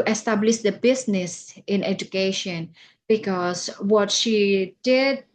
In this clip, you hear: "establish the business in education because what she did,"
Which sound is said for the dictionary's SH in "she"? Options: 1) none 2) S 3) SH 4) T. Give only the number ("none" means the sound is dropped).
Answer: 3